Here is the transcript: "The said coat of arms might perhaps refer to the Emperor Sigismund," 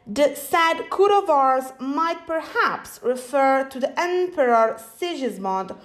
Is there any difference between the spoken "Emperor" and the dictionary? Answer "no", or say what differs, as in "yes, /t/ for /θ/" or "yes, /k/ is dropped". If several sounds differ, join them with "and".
no